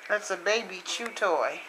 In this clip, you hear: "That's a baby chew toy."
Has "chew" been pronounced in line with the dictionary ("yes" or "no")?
yes